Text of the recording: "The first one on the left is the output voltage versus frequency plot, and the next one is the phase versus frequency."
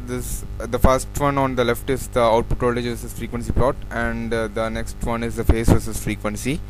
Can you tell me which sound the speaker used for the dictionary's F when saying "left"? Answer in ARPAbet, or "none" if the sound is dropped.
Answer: F